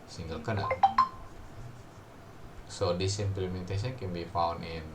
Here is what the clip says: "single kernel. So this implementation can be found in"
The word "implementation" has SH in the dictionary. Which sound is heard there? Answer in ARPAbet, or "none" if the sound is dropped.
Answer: S